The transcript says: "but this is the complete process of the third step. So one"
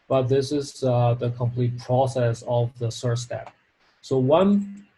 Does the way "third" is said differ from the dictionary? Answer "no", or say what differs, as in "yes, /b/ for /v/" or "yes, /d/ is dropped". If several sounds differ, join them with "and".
yes, /s/ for /θ/